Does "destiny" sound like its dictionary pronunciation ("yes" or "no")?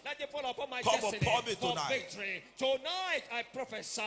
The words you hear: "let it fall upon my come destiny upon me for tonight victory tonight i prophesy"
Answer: no